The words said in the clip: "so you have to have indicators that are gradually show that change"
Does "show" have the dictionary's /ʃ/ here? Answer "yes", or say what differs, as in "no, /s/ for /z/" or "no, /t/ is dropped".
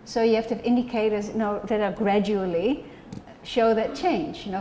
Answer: yes